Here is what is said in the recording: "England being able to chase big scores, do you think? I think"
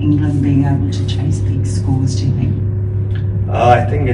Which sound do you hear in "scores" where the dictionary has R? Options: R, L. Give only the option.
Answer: L